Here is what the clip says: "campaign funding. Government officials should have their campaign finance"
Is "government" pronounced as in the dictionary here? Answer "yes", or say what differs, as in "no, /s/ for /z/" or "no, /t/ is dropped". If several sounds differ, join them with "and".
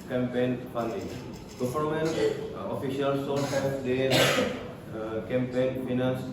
no, /f/ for /v/